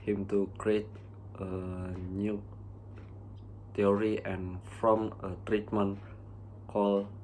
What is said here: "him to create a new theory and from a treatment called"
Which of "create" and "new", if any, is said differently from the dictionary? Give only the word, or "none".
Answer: none